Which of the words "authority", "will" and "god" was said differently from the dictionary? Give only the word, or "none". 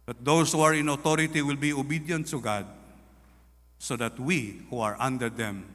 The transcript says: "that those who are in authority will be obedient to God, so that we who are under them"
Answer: authority